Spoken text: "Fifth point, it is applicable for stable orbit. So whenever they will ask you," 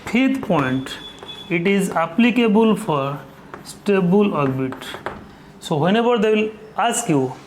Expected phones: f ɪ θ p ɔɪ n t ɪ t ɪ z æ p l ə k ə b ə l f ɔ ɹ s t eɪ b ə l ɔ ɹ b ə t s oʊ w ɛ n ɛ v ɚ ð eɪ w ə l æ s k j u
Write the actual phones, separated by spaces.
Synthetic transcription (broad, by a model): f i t p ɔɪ n t ɪ t ɪ z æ p l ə k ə b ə l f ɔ ɹ s t eɪ b ə l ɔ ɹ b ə t s oʊ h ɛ n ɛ b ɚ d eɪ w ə l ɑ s k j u